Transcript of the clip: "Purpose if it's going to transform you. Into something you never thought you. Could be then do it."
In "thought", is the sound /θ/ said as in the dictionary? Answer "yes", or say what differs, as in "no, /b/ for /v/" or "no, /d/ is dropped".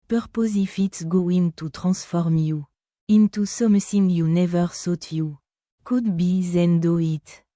no, /s/ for /θ/